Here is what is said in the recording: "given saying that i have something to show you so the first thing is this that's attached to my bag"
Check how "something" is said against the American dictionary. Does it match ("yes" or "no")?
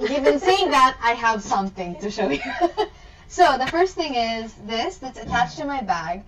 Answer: yes